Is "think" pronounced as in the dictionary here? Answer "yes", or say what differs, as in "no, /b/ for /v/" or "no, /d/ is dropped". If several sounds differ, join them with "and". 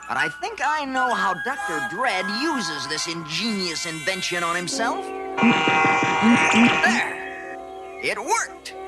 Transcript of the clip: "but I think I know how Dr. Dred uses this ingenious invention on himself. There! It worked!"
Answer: yes